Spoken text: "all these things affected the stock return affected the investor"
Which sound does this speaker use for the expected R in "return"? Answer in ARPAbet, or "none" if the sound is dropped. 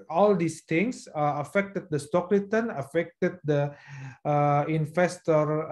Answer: L